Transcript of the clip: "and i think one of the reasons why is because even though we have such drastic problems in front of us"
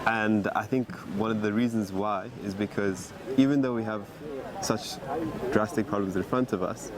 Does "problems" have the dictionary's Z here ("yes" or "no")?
yes